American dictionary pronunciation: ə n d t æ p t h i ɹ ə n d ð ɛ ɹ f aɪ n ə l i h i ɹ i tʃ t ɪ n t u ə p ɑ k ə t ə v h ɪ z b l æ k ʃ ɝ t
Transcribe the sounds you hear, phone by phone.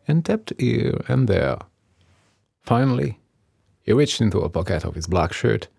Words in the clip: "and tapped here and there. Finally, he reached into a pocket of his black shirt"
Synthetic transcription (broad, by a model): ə n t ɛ p t h i ɹ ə n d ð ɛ ɹ f aɪ n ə l i h i ɹ i tʃ t ɪ n t u ə p ɑ k ə t ə v h ɪ z b l æ k ʃ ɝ t